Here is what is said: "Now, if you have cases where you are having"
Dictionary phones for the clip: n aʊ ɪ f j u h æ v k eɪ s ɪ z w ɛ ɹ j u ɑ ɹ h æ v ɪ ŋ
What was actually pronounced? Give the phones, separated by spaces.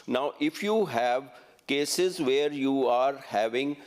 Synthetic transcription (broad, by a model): n aʊ ɪ f j u h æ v k eɪ s ɪ z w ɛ ɹ j u ɑ ɹ h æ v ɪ ŋ